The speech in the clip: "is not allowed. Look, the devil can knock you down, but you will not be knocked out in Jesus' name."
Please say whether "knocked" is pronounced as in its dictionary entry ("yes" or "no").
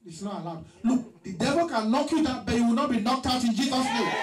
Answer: yes